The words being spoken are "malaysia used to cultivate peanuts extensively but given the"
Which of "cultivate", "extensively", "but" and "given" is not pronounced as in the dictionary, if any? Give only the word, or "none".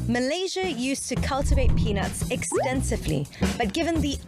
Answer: none